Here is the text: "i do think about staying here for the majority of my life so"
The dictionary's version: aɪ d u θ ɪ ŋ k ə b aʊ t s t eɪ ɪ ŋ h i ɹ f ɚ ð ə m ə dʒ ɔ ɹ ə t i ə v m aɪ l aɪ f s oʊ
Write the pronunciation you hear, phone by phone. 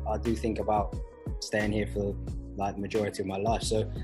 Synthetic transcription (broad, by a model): aɪ d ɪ θ ɪ ŋ k ə b aʊ t s t eɪ ɪ ŋ h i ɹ f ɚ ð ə m ə dʒ ɔ ɹ ə t i ə v m aɪ l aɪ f s oʊ